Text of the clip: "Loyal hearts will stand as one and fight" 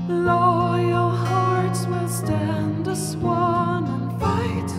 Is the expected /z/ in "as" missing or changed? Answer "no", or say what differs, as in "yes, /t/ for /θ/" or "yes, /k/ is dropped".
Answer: yes, /s/ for /z/